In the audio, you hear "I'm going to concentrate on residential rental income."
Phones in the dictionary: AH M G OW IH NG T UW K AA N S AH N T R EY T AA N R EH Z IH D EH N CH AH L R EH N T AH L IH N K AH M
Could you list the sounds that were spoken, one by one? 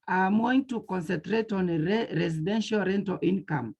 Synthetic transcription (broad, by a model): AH M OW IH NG T UW K AA N S AH N T R EY T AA N R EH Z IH D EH N SH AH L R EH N T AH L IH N K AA M